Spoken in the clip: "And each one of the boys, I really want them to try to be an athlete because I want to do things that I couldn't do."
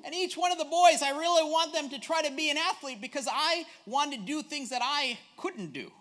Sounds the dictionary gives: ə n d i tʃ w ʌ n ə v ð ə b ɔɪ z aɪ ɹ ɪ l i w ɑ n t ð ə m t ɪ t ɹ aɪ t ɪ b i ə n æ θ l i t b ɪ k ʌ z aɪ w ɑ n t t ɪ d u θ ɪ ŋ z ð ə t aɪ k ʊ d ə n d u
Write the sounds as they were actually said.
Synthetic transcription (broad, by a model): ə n i tʃ w ʌ n ə v ð ə b ɔɪ z aɪ ɹ ɪ l i w ɑ n ð ə m t ɪ t ɹ aɪ t ɪ b i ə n æ θ l i t b ɪ k ʌ z aɪ w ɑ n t t ɪ d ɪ θ ɪ ŋ z ð ə t aɪ k ʊ d n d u